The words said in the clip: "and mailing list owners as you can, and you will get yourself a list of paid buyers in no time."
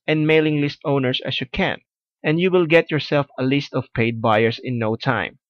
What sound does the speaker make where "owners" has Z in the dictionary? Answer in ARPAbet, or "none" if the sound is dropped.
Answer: S